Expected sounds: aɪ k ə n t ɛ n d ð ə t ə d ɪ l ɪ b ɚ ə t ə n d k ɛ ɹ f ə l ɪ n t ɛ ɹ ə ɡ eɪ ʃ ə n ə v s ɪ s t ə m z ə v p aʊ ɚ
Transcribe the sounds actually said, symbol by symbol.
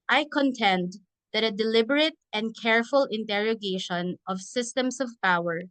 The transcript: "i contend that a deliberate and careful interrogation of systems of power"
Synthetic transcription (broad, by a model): aɪ k ə n t ɛ n d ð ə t ə d ɪ l ɪ b ɚ ə t ə n d k ɛ ɹ f ə l ɪ n t ɛ ɹ ə ɡ eɪ ʃ ə n ə v s ɪ s t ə m s ə v p aʊ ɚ